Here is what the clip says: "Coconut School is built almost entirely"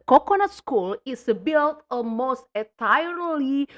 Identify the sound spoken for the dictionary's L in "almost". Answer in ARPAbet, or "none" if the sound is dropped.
none